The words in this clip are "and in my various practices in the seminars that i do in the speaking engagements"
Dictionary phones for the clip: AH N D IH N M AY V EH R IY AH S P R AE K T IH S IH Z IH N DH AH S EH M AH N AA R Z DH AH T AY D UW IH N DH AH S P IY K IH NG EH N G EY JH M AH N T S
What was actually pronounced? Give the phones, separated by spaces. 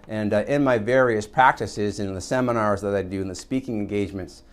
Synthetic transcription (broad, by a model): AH N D IH N M AY V EH R IY AH S P R AE K T IH S IH Z IH N DH AH S EH M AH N AA R Z DH AH T AY D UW IH N DH AH S P IY K IH NG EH N G EY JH M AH N T S